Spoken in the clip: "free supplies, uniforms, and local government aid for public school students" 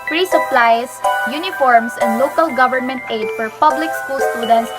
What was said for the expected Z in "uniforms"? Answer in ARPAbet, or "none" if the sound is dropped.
S